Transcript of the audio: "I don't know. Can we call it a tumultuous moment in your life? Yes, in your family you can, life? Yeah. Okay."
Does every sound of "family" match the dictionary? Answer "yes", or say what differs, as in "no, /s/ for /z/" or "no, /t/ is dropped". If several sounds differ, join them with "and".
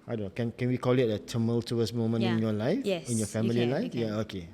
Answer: no, /l/ is dropped